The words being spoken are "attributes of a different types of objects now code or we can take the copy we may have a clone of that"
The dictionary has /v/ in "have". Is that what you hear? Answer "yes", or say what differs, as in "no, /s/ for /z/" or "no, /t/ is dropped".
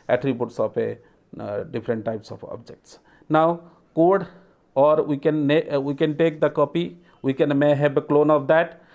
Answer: no, /b/ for /v/